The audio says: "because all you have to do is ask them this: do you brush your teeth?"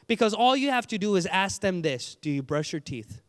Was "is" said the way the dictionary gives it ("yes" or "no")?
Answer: yes